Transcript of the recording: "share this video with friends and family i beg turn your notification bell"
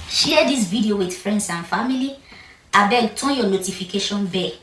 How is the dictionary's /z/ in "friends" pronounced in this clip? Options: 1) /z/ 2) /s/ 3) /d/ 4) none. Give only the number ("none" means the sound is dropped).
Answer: 2